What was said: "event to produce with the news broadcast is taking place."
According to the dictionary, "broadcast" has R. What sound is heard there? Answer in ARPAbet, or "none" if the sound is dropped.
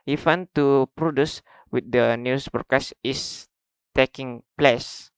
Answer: none